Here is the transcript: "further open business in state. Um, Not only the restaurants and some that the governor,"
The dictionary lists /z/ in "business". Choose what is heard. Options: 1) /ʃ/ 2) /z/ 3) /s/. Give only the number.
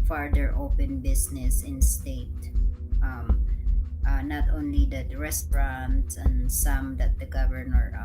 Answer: 3